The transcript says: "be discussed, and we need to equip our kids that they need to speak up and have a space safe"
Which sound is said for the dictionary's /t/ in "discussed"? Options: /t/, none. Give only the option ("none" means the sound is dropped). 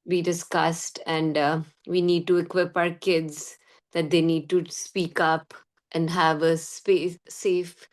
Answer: /t/